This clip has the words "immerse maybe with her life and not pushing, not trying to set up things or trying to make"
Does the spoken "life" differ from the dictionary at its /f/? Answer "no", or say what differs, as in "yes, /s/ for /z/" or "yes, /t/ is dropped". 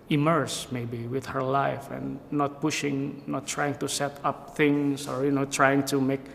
no